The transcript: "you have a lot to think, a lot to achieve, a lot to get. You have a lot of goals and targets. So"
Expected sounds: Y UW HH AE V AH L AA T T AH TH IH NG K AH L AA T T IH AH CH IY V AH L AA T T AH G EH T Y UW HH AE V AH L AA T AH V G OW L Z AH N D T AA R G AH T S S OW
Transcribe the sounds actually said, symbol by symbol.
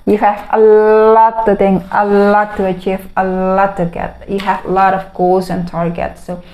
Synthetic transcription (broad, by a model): Y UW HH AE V AH L AA T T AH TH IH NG AH L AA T T IH AH CH IY V AH L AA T T AH G EH T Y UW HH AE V AH L AA T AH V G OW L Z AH N T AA R G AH T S S OW